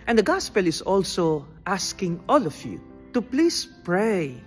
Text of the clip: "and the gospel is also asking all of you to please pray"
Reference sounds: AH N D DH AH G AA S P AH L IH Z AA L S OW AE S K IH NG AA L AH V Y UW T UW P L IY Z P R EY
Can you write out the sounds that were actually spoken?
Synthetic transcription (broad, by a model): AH N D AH G AA S P AH L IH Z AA L S OW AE S K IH NG AA L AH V Y UW T UW P L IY S P R EY